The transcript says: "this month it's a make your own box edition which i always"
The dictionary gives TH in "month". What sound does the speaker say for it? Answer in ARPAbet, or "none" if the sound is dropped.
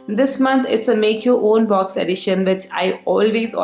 T